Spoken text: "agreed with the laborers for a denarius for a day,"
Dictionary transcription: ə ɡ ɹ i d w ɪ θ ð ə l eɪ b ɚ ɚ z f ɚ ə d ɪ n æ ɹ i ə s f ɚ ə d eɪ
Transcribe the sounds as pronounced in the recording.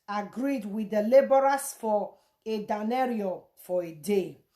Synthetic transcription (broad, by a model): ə ɡ ɹ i d w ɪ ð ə l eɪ b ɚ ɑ s f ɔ ə d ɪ n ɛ ɹ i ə f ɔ ə d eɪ